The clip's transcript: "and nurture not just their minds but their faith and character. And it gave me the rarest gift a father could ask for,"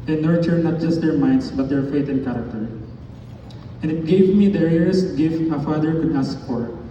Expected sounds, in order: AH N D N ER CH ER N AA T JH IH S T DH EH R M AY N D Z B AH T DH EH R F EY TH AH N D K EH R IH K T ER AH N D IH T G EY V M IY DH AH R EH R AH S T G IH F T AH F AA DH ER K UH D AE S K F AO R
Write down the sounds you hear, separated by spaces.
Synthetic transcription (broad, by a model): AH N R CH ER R N AA T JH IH S T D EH R M AY N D S B AH T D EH R F EY T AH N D K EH R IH K T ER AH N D IH T G EY V M IY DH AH R EH R AH S T G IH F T AH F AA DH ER K UH D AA S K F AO R